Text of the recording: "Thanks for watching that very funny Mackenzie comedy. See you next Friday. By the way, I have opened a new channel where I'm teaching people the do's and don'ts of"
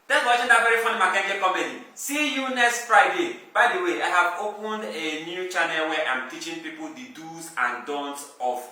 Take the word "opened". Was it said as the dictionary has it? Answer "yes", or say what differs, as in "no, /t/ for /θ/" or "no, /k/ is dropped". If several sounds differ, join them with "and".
yes